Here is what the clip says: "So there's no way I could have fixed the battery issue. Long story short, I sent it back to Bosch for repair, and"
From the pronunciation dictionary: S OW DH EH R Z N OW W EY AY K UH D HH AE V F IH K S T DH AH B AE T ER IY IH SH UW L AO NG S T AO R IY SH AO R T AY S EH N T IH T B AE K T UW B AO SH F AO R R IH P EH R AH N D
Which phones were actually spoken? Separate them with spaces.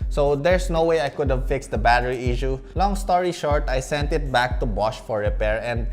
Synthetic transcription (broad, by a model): S OW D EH R S N OW W EY AY K UH D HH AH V F IH K S T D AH B AE T ER IY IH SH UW L AO NG S T AO R IY SH AO R T AY S EH N T IH T B AE K T UW B AO SH F AO R R IH P EH R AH N D